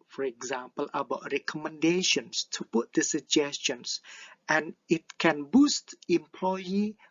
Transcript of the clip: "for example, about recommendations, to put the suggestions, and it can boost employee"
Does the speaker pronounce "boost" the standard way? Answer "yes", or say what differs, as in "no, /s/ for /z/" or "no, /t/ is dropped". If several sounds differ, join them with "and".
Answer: yes